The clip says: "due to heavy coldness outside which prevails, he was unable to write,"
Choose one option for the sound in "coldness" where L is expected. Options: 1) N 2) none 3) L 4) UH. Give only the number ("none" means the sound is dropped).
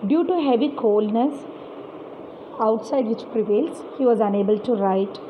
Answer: 3